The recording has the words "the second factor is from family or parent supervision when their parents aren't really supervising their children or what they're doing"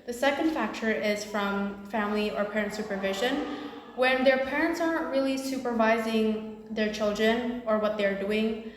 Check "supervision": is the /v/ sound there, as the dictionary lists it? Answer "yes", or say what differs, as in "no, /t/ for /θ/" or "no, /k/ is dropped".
yes